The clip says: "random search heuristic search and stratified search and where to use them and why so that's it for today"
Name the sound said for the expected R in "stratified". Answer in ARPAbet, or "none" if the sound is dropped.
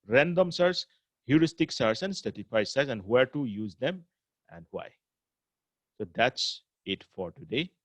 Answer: none